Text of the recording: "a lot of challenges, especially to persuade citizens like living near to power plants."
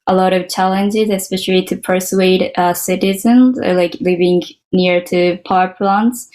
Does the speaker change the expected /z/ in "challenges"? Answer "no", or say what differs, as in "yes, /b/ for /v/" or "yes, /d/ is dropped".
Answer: no